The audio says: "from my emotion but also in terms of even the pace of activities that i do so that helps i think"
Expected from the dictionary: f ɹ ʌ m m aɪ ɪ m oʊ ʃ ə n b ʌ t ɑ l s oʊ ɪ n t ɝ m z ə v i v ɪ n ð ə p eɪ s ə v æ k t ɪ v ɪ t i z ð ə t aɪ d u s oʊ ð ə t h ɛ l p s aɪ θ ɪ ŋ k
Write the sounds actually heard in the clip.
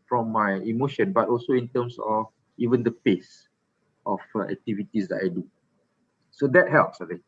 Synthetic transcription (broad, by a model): f ɹ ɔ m m aɪ ɪ m oʊ ʃ ə n b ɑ t ɑ l s oʊ ɪ n t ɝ m s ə f i v ɪ n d ə p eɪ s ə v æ k t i v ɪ t i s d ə t aɪ d u s oʊ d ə t h ɛ l p s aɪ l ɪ